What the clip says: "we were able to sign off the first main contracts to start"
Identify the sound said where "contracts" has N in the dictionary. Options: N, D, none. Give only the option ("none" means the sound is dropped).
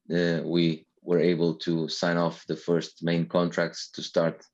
N